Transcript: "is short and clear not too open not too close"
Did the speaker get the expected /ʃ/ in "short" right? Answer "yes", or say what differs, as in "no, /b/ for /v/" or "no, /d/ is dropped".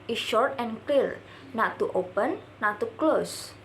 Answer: yes